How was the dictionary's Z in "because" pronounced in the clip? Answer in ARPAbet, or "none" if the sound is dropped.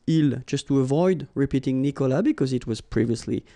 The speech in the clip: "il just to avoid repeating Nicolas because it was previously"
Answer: Z